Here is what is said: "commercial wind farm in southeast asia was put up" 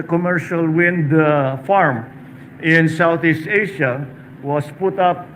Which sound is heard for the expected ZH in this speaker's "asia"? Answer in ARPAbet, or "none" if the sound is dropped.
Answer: SH